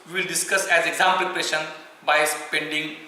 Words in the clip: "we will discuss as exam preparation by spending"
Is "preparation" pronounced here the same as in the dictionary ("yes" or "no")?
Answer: no